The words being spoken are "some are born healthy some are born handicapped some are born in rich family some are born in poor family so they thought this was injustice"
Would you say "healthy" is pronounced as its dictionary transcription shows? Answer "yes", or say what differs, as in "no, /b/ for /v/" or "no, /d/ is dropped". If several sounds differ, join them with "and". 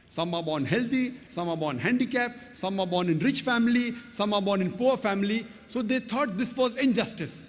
no, /t/ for /θ/